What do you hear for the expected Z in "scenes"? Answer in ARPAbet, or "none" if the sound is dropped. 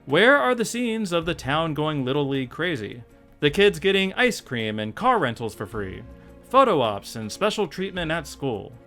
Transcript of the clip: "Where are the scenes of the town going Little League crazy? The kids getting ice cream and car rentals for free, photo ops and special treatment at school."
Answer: Z